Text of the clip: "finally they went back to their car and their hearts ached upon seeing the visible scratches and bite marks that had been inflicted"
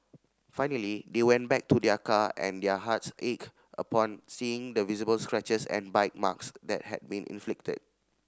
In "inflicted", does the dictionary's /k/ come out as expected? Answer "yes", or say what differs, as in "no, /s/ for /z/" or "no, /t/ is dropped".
yes